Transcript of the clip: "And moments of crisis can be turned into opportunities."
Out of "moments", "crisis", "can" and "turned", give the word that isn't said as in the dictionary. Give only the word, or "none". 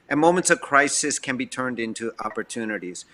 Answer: none